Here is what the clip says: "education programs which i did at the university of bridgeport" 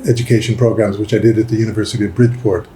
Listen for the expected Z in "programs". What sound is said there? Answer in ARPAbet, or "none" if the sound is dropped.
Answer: Z